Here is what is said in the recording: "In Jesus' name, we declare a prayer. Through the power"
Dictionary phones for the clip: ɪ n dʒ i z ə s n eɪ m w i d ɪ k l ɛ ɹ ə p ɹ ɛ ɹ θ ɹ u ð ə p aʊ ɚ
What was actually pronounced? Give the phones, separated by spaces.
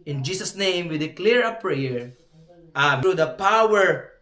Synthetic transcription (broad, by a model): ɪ n dʒ i s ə s n eɪ m w i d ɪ k l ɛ ɹ ə p ɹ ɛ ɹ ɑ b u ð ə p aʊ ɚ